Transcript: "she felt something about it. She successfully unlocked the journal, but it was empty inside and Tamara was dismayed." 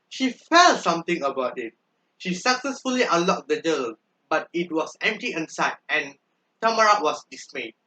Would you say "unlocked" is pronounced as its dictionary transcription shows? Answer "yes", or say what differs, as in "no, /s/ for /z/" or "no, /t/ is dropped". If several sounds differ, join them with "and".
no, /n/ is dropped